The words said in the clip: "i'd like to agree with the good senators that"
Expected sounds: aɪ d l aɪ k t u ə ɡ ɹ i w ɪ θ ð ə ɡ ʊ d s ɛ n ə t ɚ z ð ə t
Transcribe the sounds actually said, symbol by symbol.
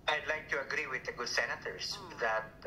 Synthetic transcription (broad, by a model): aɪ d l aɪ k t u ə ɡ ɹ i w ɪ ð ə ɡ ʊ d s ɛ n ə t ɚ s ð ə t